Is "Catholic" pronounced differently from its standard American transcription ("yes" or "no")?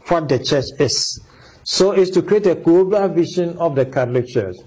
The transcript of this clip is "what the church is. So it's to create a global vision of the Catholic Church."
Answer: yes